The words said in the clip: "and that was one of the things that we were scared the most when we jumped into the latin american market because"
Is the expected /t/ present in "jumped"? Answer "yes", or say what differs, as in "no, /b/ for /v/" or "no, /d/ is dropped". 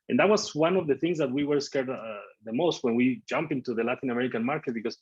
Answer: no, /t/ is dropped